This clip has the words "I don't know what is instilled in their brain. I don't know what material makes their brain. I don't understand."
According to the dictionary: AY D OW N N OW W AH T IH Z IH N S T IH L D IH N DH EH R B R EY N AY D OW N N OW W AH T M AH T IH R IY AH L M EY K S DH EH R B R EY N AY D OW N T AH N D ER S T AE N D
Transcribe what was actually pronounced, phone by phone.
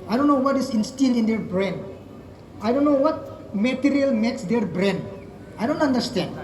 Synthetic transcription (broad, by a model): AY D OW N N OW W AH T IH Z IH N S T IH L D IH N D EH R B R EY N AY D OW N N OW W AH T M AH T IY R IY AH L M EY K S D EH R B R EY N AY D OW N T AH N D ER S T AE N D